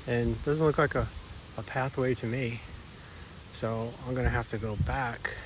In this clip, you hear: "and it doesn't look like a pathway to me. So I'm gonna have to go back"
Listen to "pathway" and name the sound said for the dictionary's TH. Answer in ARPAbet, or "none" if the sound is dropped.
TH